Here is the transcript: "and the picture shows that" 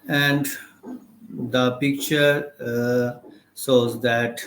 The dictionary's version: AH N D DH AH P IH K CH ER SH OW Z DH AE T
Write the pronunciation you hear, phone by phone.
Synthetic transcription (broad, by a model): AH N D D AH P IH K CH ER S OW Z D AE T